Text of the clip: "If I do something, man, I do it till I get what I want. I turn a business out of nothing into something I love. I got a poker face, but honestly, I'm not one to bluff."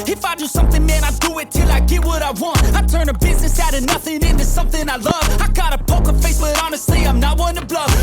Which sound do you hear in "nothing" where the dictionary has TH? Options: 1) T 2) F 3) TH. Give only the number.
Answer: 3